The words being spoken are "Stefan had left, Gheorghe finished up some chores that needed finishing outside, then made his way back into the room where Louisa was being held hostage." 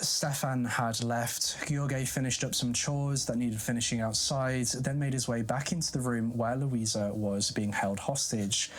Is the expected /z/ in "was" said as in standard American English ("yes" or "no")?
yes